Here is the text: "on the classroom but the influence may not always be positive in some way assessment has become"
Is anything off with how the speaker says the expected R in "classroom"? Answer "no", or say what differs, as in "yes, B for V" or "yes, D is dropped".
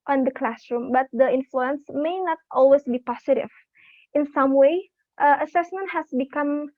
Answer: no